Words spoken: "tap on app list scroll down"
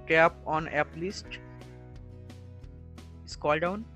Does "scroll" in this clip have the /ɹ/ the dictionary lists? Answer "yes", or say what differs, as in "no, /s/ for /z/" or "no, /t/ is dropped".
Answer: no, /ɹ/ is dropped